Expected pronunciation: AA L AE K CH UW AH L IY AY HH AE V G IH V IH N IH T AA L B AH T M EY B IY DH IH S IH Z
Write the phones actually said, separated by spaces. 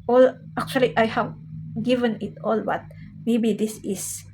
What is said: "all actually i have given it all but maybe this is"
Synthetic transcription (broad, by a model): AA L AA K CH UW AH L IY AY HH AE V G IH V IH N IH T AA L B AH T M EY B IY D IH S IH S